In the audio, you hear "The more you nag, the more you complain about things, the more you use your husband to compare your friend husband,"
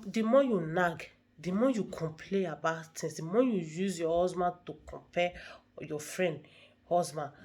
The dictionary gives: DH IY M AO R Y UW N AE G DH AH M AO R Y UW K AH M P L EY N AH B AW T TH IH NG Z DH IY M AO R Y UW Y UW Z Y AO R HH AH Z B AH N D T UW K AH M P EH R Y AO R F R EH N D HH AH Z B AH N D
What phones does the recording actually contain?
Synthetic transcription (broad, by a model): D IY M AO Y UW N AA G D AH M AO Y UW K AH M P L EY AH B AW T T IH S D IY M AO Y UW Y UW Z Y AO HH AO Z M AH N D T UW K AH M P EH Y AO F R EH N D HH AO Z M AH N